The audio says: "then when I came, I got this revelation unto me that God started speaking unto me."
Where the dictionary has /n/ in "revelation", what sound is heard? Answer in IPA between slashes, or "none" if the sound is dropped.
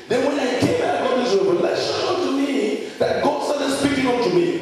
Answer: none